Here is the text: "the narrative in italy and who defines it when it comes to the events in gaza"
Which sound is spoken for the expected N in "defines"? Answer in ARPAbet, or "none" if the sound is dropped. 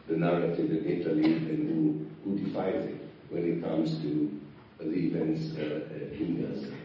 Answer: none